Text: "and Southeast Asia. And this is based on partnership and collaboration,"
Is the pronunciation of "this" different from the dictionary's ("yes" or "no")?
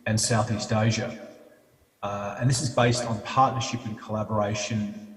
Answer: no